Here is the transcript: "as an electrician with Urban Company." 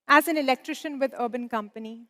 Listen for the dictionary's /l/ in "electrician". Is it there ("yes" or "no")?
yes